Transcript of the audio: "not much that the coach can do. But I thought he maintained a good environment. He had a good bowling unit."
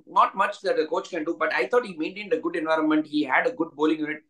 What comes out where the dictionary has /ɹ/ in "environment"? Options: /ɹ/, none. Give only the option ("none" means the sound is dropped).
/ɹ/